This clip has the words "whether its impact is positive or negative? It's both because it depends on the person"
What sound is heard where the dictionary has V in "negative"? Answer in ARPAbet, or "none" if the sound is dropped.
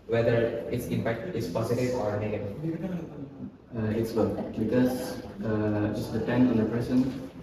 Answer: none